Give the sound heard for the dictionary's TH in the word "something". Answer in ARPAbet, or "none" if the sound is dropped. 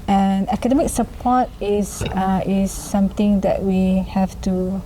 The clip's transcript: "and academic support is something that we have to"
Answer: T